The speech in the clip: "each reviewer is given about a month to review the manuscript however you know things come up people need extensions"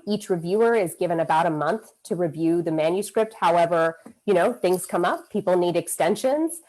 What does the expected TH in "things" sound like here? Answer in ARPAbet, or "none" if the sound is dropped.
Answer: TH